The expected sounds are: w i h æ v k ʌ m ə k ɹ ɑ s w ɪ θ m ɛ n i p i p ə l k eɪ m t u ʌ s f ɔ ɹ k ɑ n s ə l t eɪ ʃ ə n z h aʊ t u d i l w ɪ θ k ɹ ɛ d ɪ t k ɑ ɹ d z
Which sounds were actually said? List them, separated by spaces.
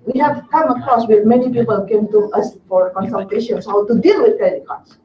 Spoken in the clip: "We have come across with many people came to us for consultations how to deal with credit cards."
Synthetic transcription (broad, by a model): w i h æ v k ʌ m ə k ɑ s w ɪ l m ɛ n i p i p ə l k eɪ m t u ʌ s f ɔ ɹ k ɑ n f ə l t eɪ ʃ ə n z h aʊ t u d i l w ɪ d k ɛ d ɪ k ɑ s